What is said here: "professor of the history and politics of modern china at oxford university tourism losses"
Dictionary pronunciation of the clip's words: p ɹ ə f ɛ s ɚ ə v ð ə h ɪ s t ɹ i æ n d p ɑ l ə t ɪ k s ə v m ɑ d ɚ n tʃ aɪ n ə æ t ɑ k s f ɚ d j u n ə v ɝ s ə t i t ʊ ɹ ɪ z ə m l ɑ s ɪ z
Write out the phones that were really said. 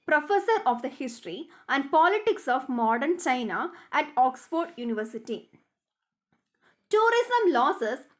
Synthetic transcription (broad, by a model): p ɹ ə f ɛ s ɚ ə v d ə h ɪ s t ɹ i æ n d p ɑ l ə t ɪ k s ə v m ɑ d ɚ n tʃ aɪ n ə æ t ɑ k s f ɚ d j u n ə v ɝ s ə t i t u ɹ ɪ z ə m l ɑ s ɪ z